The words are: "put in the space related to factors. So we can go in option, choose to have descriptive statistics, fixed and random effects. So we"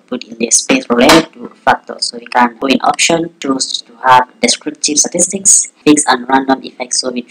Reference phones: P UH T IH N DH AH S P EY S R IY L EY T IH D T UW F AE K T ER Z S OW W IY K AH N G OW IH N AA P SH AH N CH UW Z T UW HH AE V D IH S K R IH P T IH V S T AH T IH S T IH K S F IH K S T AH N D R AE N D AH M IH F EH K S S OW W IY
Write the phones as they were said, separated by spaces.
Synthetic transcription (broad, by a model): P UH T IH N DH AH S P EY S R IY L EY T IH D T UW F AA K T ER S OW W IY K AH N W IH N AA P SH AH N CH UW S T UW HH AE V D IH S K R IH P T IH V S T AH T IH S T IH K S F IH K S AH N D R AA N D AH M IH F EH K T S OW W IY